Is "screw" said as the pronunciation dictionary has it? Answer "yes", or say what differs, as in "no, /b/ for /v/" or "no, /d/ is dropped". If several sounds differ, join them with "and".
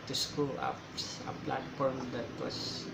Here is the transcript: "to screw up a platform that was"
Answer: no, /ɹ/ is dropped